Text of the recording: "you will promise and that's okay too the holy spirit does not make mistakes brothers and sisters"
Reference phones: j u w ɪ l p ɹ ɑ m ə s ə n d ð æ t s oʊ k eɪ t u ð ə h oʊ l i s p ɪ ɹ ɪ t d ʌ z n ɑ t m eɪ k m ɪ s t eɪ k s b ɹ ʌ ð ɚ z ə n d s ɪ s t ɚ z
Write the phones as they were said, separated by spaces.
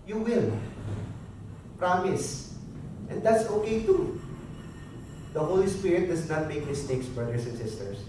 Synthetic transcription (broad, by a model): j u w ɪ l p ɹ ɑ m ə s ə n d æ t s oʊ k eɪ t u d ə h oʊ l i s p ɪ ɹ ɪ t d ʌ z n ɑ t m eɪ k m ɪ s t eɪ k s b ɹ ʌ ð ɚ s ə n s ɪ s t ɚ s